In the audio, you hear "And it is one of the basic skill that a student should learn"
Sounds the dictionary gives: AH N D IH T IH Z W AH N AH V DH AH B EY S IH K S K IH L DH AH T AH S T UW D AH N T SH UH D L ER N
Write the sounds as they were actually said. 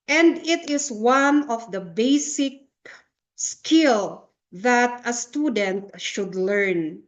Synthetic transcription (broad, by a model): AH N D IH T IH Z W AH N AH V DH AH B EY S IH K S K IH L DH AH T AH S T UW D AH N T SH UH D L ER N